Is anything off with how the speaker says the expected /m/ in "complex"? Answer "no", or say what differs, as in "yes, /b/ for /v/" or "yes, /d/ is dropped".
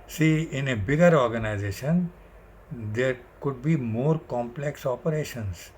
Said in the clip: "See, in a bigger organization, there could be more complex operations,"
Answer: no